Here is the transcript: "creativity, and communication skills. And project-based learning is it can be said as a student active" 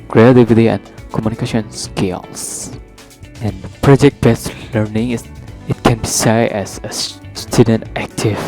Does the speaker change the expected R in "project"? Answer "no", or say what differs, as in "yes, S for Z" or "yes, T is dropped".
no